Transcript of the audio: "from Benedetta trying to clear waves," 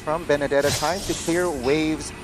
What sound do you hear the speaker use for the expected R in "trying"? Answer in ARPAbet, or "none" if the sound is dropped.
none